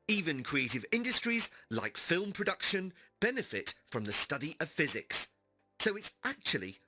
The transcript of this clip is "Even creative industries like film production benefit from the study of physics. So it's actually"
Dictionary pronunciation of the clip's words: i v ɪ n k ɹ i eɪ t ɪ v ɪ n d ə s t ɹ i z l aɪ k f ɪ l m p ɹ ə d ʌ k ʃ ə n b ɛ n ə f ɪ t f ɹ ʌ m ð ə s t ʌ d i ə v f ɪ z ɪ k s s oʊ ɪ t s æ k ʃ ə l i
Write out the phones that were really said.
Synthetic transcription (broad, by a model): i v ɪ n k ɹ i eɪ t ɪ v ɪ n d ə s t ɹ i z l aɪ k f ɪ l m p ɹ ə d ʌ k ʃ ə n b ɛ n ə f ɪ t f ɹ ʌ m ð ə s t ʌ d i ə v f ɪ z ɪ k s s oʊ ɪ t s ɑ k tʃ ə l i